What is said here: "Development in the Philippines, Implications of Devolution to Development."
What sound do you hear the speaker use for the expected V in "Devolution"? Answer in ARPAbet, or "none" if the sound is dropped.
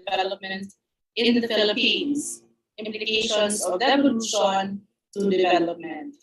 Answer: none